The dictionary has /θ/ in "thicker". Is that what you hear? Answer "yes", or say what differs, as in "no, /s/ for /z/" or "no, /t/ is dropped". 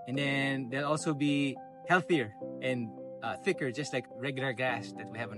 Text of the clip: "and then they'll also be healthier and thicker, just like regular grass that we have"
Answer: yes